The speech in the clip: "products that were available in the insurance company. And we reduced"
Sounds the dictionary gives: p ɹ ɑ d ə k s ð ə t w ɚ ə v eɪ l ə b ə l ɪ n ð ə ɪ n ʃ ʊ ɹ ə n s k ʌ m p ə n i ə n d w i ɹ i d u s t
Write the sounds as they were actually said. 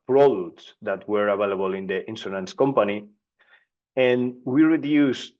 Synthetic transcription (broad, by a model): p ɹ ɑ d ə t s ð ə t w ɚ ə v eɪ l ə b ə l ɪ n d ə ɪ n s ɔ l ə n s k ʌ m p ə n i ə n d w i ɹ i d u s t